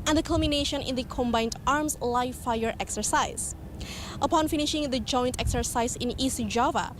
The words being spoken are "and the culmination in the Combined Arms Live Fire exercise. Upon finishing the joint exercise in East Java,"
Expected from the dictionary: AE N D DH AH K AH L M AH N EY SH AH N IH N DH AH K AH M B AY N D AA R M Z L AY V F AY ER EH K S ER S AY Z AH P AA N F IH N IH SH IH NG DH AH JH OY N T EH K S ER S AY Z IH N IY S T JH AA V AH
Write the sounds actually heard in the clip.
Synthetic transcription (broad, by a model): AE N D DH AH K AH L M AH N EY SH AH N IH N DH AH K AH M B AY N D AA R M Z L AY F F AY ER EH K S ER S AY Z AH P AA N F IH N IH SH IH NG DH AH JH OY N T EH K S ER S AY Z IH N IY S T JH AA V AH